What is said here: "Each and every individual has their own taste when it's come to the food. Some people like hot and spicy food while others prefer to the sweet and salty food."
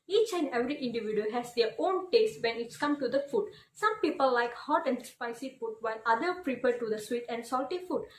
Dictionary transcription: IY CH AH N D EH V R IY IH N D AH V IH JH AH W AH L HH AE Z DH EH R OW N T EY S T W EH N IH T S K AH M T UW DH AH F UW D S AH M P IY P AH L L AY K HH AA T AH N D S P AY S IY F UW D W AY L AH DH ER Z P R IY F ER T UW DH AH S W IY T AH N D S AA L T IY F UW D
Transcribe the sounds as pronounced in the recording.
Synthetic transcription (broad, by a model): IY CH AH N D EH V R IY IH N D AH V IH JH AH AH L HH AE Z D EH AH OW N T EY S T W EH N IH T S K AH M T UW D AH F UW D S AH M P IY P AH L L AY K HH AA T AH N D S P AY S IY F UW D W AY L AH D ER P R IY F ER T UW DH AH S W IY T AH N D S AA L T IY F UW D